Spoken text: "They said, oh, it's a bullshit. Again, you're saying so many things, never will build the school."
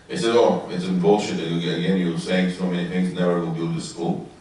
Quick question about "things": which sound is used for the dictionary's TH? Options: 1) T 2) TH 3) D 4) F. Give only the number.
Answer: 2